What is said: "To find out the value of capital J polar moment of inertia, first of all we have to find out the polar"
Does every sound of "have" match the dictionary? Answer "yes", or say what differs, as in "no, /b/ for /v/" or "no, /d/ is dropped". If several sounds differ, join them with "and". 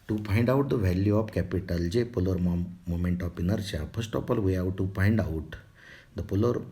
no, /w/ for /v/